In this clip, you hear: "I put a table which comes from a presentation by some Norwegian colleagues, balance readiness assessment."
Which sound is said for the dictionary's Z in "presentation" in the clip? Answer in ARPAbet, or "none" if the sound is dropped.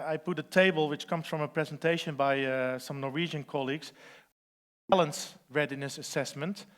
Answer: Z